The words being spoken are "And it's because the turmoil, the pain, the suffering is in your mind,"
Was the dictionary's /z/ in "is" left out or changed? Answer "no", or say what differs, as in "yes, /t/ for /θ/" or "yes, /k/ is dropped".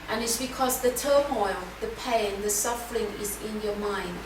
no